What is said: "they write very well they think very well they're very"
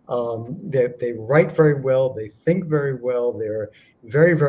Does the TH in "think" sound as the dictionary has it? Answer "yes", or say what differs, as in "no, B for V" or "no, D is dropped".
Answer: yes